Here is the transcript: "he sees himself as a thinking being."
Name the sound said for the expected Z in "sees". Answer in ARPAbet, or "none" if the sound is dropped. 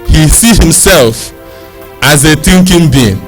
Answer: none